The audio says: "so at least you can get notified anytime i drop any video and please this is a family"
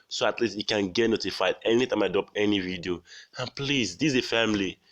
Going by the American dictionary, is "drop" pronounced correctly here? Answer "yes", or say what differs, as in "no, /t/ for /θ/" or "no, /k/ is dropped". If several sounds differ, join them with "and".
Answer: no, /ɹ/ is dropped